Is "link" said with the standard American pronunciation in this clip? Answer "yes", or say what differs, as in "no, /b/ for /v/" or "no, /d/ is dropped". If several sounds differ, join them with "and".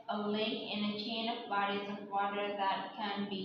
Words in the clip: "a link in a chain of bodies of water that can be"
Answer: no, /ŋ/ is dropped